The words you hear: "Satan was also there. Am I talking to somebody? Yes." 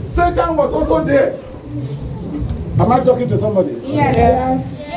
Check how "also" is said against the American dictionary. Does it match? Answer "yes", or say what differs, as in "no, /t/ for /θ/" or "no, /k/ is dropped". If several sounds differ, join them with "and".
no, /l/ is dropped